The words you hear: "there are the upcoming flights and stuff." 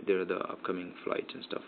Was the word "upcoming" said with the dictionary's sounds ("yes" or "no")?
yes